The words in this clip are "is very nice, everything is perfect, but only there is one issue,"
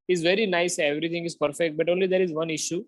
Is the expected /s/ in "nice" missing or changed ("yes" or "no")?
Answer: no